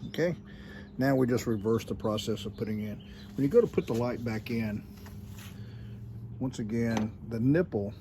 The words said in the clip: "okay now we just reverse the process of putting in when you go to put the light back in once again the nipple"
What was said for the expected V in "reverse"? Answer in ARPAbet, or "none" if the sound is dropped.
V